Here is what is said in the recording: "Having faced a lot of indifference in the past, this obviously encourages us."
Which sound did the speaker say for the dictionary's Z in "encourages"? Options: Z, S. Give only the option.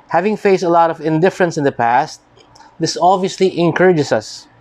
S